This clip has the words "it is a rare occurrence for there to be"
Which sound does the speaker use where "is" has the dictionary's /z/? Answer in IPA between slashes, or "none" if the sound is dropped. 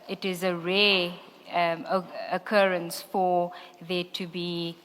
/z/